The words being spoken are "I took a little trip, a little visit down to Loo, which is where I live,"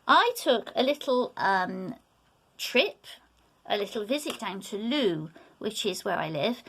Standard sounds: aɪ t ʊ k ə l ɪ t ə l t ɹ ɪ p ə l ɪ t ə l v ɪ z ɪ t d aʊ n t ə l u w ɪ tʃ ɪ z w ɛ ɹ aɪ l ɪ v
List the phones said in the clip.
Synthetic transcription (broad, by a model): aɪ t ʊ k ə l ɪ t ə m t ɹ ɪ p ə l ɪ t l v ɪ z ɪ t d aʊ n t ə l u w ɪ tʃ ɪ z w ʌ ɹ aɪ l ɪ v